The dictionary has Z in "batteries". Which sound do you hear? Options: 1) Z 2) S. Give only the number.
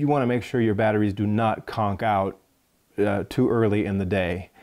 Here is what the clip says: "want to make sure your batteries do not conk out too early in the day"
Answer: 1